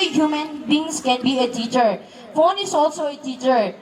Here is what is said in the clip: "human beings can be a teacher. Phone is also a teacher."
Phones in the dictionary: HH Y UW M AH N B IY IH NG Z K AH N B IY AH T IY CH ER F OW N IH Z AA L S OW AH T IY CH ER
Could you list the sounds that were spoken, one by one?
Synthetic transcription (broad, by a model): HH Y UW M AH N B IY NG S K AH N B IY AH T IY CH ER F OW N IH S AA L S OW AH T IY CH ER